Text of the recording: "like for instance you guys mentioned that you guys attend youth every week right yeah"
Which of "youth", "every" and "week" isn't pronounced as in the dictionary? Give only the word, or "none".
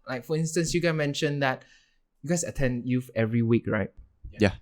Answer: youth